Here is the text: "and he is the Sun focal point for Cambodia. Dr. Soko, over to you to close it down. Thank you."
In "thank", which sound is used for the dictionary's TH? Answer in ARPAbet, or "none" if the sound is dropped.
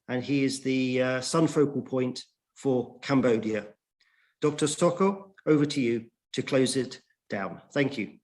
TH